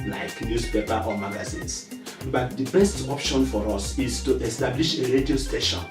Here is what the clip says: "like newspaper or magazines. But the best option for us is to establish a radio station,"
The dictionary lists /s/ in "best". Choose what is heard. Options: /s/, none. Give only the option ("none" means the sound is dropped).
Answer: /s/